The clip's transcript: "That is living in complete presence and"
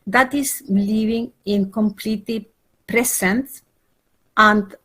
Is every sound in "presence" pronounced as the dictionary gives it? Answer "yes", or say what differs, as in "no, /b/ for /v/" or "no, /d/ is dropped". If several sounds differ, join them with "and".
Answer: no, /s/ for /z/